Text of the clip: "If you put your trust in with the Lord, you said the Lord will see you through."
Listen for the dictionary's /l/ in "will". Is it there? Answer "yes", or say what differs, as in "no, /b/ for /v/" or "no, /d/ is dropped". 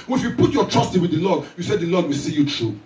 yes